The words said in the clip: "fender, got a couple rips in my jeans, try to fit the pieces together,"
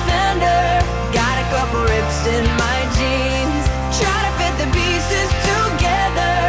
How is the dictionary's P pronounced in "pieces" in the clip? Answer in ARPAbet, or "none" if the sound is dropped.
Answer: B